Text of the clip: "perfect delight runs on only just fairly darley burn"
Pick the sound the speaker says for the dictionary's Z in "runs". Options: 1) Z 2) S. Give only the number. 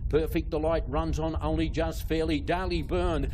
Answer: 1